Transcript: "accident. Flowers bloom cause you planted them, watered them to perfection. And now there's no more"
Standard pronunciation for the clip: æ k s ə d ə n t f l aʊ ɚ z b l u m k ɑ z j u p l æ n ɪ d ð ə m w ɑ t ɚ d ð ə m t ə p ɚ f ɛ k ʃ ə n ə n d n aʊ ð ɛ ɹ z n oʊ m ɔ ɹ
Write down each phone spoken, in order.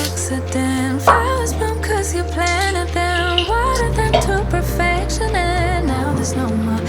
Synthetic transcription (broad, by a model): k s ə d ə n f aʊ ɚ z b u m k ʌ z j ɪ p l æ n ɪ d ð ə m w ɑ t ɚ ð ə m t ə p ɚ f ɛ k ʃ ə n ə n n aʊ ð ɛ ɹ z n oʊ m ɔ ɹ